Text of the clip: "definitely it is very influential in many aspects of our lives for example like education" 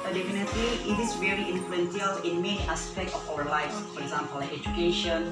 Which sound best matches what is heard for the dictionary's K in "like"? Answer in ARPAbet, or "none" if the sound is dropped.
none